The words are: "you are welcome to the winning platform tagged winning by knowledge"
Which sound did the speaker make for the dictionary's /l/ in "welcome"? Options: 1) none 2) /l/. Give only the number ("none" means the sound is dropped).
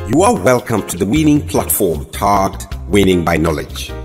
2